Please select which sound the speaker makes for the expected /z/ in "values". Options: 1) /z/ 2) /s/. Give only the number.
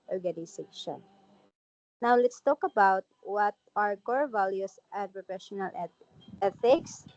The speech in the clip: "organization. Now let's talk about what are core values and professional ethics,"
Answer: 2